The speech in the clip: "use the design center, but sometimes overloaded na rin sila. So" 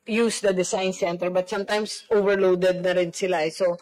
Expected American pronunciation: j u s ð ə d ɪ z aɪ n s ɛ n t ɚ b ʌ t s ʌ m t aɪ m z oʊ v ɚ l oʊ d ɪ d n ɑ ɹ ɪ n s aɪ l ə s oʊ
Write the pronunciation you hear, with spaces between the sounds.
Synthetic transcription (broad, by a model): j u s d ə d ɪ s aɪ n s ɛ n t ɚ b ʌ t s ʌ m t aɪ m s oʊ v ɚ l oʊ d ɪ d n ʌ ɹ ɪ n s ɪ l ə s oʊ